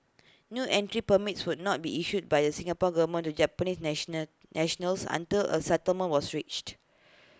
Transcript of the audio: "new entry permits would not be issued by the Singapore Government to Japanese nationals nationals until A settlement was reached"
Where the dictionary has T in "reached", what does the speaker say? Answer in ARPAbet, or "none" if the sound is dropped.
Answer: T